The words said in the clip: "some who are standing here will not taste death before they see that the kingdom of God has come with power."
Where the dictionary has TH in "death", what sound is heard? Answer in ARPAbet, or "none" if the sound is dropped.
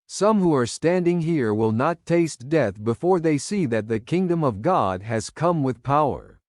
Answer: TH